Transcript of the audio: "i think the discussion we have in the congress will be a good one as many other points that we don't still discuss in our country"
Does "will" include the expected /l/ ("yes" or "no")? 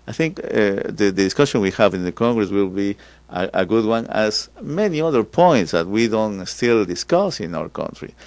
yes